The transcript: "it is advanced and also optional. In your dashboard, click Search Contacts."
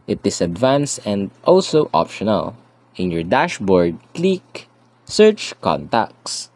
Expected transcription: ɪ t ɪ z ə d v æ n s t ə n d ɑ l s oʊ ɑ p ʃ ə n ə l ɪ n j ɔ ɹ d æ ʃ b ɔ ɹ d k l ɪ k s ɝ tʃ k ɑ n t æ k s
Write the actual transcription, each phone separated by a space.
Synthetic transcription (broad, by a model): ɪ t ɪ s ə d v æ n s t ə n d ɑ l s oʊ ɑ p ʃ ə n ə l ɪ n j ɔ ɹ d æ ʃ b ɔ ɹ d k l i k s ɝ tʃ k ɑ n t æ k s